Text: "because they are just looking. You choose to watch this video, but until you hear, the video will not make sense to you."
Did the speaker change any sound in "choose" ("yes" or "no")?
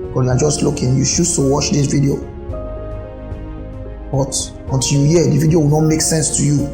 yes